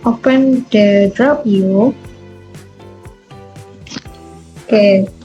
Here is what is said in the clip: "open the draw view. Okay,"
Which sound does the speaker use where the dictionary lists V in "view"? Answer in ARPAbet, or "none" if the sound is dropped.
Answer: P